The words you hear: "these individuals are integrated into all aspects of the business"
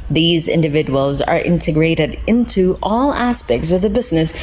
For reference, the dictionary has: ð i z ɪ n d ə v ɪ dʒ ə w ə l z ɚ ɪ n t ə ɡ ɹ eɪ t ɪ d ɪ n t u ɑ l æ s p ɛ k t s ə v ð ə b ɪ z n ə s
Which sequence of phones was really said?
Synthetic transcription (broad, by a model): ð i z ɪ n d ə v ɪ dʒ ə w ə l z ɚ ɪ n t ə ɡ ɹ eɪ t ɪ d ɪ n t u ɑ l æ s p ɛ k t s ə v ð ə b ɪ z n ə s